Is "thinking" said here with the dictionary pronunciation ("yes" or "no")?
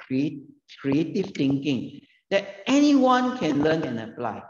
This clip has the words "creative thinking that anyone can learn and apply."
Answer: no